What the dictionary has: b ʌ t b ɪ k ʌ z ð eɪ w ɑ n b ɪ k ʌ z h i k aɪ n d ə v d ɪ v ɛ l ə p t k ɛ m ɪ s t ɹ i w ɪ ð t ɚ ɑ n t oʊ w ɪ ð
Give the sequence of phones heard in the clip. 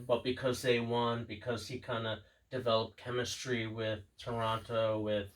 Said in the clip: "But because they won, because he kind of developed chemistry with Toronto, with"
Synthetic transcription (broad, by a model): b ʌ t b ɪ k ʌ z ð eɪ w ɑ n b ɪ k ʌ z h i k aɪ n d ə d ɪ v ɛ l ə p k ɛ m ɪ s t ɹ i w ɪ ð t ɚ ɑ t oʊ w ɪ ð